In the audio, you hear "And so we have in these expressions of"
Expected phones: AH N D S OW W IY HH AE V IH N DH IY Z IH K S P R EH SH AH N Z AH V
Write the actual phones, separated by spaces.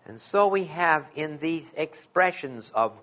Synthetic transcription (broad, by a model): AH N S OW W IY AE V IH N DH IY Z IH K S P R EH SH AH N Z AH V